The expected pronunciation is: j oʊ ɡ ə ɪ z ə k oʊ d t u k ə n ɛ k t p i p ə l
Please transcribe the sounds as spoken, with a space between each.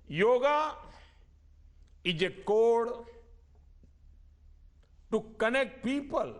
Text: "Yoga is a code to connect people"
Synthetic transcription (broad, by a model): j oʊ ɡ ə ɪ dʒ ə k oʊ d t u k ə n ɛ k t p i p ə l